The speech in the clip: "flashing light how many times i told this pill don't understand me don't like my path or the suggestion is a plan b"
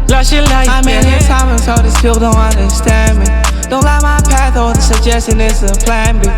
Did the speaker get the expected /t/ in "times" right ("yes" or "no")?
no